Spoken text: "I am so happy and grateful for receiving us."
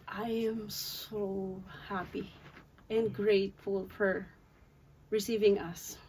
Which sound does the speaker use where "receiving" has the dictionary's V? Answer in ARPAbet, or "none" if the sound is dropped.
V